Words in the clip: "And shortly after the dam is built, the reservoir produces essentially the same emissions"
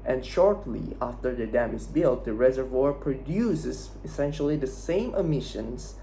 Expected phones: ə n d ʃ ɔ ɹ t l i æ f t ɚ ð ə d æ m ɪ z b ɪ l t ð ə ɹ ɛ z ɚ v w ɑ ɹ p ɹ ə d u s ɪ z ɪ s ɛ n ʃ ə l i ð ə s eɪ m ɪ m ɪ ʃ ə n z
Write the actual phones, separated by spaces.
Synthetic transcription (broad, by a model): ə n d ʃ ɔ ɹ t l i æ f t ɚ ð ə d æ m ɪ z b ɪ l t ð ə ɹ ɛ z ɚ v w ɑ ɹ p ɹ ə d u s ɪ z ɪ s ɛ n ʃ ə l i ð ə s eɪ m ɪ m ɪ ʃ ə n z